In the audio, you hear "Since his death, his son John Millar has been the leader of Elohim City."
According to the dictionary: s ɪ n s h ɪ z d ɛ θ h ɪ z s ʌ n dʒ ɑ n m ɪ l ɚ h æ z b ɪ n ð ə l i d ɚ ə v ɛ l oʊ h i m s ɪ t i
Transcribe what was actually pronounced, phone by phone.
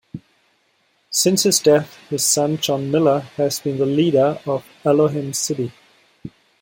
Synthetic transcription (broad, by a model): s ɪ n s h ɪ z d ɛ θ h ɪ z s ʌ n dʒ ɑ n m ɪ l ɚ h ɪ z b ɪ n ð ə l i d ɚ ə v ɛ l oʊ h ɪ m s ɪ t i